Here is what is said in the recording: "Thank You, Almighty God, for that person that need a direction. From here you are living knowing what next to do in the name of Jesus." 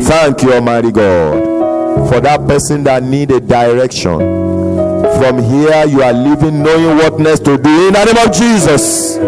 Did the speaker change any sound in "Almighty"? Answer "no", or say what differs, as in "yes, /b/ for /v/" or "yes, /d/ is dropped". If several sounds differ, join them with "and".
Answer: yes, /l/ is dropped